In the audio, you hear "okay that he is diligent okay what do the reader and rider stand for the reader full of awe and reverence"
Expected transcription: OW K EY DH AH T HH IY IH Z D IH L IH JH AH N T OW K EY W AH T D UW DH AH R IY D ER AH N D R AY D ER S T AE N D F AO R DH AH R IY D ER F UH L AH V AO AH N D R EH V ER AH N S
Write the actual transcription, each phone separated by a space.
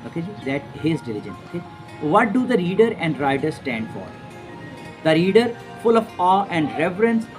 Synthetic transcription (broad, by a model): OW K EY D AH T HH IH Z D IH L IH JH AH N OW K EY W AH T D UW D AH R IY D ER AH N D R AY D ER S T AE N D F AO R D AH R IY D ER F UH L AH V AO AH N D R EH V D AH N S